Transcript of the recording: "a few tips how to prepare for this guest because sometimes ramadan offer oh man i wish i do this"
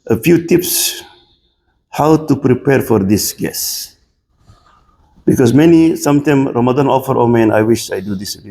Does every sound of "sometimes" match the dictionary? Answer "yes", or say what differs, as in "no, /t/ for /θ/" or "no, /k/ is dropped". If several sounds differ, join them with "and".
no, /z/ is dropped